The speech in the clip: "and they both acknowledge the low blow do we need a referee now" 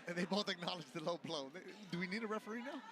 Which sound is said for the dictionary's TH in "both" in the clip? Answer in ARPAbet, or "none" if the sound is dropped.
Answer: T